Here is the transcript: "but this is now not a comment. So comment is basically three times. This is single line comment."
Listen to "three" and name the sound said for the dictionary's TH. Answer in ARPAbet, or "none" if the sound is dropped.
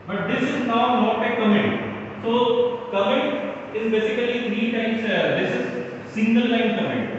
T